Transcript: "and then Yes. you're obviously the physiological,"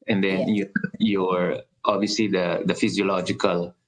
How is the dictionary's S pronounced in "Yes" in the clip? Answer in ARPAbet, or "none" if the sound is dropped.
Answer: none